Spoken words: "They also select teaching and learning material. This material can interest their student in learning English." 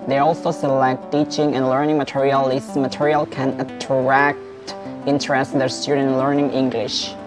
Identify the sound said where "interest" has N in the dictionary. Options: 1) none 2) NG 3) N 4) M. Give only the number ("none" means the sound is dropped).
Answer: 1